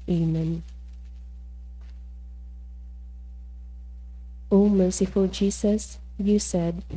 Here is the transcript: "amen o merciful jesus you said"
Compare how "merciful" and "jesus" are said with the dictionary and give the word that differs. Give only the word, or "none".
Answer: jesus